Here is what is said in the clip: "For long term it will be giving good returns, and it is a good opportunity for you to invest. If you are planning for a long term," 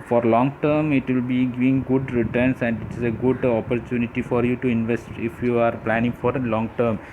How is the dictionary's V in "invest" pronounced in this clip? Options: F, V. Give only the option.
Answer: V